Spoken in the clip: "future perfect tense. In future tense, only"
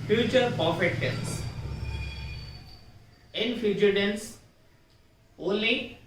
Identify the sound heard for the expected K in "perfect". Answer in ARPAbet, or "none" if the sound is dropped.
none